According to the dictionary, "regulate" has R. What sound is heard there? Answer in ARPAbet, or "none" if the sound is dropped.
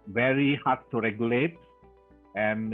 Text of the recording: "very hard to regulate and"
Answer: R